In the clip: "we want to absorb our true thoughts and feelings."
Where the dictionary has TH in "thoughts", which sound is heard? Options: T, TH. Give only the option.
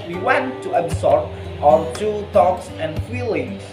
T